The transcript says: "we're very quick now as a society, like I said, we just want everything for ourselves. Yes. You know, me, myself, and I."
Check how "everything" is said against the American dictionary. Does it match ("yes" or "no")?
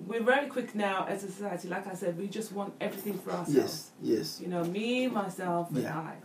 yes